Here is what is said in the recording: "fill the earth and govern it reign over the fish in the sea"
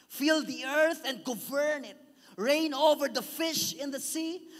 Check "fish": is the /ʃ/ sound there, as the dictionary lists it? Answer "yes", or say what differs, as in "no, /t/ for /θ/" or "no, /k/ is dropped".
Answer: yes